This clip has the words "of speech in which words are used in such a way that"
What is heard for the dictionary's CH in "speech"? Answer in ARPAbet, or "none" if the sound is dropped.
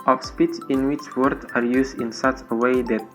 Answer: S